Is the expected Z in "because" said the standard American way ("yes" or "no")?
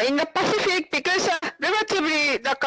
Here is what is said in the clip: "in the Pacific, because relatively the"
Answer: no